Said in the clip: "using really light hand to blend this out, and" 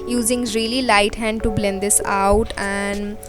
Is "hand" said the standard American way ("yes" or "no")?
yes